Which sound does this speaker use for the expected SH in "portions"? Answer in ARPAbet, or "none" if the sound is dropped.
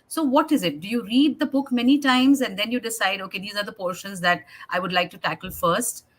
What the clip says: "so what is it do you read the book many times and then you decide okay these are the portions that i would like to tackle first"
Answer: SH